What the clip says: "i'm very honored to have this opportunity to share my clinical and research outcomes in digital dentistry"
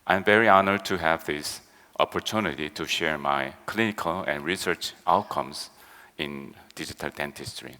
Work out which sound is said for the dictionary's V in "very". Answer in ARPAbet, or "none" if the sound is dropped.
V